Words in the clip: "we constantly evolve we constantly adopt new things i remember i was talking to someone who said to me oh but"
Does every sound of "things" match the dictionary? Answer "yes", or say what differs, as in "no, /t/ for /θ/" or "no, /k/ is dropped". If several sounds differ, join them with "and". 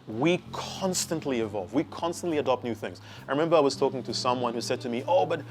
yes